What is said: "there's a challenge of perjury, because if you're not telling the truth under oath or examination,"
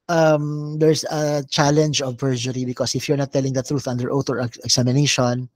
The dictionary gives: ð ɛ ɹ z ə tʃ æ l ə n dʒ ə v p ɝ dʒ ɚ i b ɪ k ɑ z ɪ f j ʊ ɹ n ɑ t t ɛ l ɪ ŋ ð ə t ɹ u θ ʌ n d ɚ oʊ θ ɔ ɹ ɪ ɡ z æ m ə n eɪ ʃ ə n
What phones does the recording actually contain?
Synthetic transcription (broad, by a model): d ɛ ɹ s ə tʃ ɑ l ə n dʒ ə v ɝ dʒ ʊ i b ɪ k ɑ s ɪ f j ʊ ɹ n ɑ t t ɛ l ɪ ŋ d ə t ɹ u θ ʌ n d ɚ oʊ t ɔ ɹ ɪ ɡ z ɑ m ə n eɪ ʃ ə n